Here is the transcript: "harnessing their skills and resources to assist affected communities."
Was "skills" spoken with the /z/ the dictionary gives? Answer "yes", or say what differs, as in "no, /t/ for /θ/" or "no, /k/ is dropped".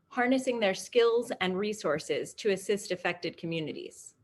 yes